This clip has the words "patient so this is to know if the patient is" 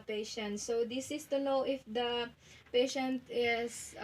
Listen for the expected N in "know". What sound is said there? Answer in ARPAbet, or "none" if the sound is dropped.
L